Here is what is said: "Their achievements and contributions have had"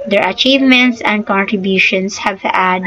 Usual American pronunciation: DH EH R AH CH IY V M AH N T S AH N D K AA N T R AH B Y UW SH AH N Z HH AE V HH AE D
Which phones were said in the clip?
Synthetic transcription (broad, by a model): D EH R AH CH IY V M AH N T S AH N D K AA N T R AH B Y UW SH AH N S HH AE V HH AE D